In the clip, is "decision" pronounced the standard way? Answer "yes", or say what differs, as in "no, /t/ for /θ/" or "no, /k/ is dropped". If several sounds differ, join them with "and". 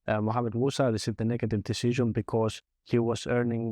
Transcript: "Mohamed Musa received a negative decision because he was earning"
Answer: yes